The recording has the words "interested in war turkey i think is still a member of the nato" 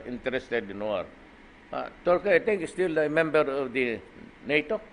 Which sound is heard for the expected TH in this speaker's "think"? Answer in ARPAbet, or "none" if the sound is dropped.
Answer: T